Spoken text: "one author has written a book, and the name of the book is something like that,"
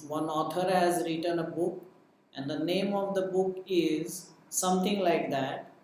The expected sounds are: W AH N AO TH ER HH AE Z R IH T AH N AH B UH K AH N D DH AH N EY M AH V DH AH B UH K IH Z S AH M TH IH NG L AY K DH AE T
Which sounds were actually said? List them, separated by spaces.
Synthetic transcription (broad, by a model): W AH N AO T ER HH AE Z R IH T AH N AH B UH K AH N D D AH N EY M AH V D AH B UH K IH Z S AH M T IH NG L AY K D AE T